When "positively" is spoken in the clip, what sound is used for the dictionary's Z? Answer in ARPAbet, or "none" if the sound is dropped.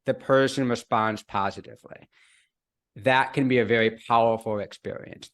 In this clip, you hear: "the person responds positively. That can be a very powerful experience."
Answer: Z